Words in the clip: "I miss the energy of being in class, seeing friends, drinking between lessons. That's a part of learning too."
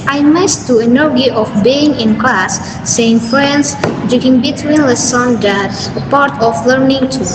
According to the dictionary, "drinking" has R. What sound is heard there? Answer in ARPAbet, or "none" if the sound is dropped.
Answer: none